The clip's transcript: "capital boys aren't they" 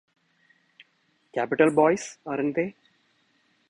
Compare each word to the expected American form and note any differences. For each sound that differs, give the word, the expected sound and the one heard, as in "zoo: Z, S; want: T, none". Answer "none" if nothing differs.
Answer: boys: Z, S